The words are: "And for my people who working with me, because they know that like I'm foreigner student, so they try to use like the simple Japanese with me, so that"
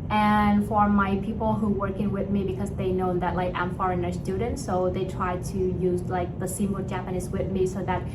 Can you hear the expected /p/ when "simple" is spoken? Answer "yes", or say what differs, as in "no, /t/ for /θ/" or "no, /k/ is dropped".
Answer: no, /p/ is dropped